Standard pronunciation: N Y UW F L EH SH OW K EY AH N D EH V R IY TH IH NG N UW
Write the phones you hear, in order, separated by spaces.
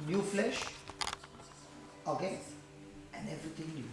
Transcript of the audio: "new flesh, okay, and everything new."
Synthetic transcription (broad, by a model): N Y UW F L EH SH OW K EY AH N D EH V R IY T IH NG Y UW